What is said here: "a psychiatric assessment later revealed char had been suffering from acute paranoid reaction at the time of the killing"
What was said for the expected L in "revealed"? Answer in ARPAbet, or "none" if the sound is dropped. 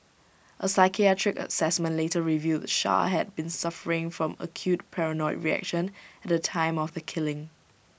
none